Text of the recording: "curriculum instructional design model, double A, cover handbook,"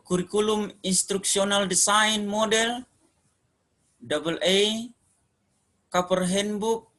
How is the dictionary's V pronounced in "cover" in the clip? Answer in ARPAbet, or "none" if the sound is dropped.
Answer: P